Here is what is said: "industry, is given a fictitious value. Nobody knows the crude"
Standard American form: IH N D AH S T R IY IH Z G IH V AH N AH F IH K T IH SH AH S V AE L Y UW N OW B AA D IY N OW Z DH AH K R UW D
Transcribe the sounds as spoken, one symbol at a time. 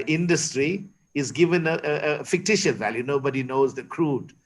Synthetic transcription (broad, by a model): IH N D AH S T R IY IH Z G IH V AH N AH F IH K T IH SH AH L V AE L Y UW N OW B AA D IY N OW Z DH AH K R UW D